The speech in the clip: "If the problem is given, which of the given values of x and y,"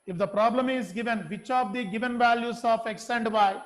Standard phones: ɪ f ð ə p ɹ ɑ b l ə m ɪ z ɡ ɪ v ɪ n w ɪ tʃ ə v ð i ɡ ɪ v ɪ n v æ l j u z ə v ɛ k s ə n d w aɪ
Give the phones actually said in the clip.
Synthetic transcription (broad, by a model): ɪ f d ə p ɹ ɑ b l ə m ɪ z ɡ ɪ v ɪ n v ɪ tʃ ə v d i ɡ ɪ v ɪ n v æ l j u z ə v ɛ k s ə n d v aɪ